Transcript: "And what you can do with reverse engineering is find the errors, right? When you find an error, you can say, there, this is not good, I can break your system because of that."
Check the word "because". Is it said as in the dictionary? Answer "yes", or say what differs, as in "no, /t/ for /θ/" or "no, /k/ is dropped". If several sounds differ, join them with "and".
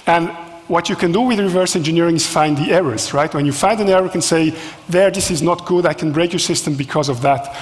yes